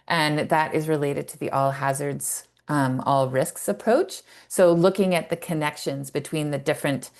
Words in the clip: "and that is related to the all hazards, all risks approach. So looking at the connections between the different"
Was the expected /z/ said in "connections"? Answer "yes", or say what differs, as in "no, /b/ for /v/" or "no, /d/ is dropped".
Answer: yes